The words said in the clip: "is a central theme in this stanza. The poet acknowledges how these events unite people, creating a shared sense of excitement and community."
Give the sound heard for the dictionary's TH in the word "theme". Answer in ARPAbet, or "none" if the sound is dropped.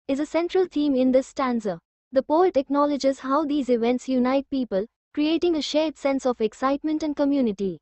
T